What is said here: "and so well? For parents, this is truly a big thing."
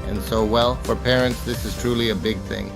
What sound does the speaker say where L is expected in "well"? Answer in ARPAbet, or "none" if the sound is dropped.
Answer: L